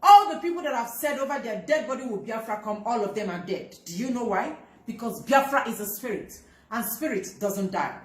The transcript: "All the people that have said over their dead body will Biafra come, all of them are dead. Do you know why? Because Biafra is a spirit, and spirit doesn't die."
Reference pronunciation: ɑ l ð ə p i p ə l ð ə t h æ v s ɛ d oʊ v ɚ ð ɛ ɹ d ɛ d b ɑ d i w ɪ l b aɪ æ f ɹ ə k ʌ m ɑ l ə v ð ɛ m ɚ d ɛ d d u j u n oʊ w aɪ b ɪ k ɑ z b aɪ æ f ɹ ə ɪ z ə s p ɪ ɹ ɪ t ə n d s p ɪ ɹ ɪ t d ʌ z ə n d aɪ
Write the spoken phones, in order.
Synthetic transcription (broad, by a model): ɑ l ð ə p i p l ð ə t h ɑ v s ɛ d oʊ v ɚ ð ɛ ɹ d ɛ d b ɑ d i w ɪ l b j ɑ f ɹ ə k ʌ m ɑ l ə v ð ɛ m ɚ d ɛ d d u j u n oʊ w aɪ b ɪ k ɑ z b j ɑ f ɹ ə ɪ z ə s p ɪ ɹ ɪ t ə n s p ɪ ɹ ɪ t d ʌ z ə n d aɪ